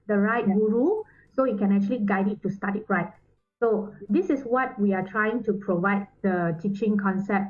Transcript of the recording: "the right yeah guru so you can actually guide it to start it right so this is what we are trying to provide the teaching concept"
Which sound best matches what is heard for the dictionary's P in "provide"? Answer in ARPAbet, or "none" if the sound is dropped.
P